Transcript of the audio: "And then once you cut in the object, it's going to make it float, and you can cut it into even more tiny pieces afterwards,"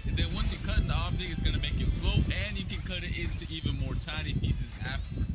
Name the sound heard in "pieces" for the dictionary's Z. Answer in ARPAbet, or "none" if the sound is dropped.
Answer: Z